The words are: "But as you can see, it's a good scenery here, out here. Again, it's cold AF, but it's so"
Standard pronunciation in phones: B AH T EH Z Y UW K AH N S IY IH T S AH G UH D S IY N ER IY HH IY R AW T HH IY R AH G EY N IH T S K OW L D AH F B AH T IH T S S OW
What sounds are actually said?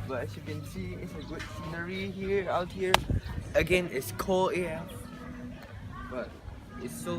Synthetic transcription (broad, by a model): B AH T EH S Y UW K AH N S IY IH T S AH G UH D S IY N ER IY HH IY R AW T HH IY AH AH G EY N IH T S K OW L AH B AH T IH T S S OW